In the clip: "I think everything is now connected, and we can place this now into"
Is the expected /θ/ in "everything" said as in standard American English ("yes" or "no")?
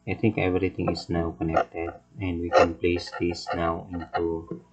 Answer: no